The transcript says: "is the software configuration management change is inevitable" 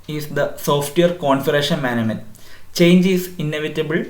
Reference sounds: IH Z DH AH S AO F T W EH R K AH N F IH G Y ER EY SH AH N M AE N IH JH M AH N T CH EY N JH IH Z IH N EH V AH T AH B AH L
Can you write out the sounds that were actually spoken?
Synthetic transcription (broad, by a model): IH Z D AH S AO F T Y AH R K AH N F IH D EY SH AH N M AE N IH M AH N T CH EY N JH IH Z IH N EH V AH T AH B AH L